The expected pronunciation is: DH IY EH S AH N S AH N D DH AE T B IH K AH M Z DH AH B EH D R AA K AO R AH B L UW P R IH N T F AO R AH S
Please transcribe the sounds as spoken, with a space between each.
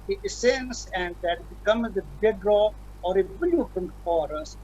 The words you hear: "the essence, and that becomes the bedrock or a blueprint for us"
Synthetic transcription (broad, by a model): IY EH S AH N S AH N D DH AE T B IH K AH M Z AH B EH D R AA AO R AH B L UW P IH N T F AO R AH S